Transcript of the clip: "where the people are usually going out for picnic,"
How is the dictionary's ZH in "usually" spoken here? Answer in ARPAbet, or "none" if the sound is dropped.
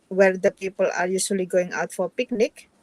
S